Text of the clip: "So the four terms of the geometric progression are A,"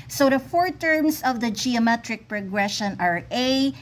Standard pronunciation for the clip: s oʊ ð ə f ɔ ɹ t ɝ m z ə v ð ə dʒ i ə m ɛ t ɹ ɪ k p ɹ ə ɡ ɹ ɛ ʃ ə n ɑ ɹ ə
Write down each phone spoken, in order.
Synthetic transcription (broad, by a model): s oʊ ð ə f ɔ ɹ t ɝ m s ə v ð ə dʒ i ə m ɛ t ɹ ɪ k p ɹ ə ɡ ɹ ɛ ʃ ə n ɑ ɹ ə